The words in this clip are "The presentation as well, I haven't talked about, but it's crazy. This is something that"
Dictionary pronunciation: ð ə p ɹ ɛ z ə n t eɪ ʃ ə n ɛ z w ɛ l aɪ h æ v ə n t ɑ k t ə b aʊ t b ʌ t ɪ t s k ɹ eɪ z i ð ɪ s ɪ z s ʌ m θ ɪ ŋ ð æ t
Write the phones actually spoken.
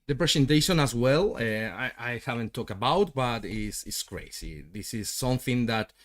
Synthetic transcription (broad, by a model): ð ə p ɹ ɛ s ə n t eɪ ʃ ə n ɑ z w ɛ l aɪ h æ v ə n t ɑ k t ə b aʊ t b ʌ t ɪ t s k ɹ eɪ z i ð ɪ s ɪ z s ʌ m θ ɪ ŋ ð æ t